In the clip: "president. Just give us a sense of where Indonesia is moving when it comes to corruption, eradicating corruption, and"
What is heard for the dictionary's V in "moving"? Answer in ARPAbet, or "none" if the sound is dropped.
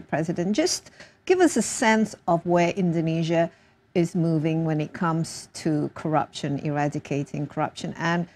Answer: V